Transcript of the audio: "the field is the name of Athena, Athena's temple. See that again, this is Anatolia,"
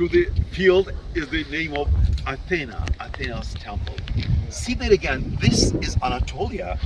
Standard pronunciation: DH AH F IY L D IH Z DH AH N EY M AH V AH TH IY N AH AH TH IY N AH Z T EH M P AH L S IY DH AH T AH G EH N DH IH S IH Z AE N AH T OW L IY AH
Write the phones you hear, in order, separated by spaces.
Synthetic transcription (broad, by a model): DH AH F IY L D IH Z DH AH N EY M AH V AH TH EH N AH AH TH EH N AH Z T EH M P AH L S IY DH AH T AH G EH N DH IH S IH Z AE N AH T OW L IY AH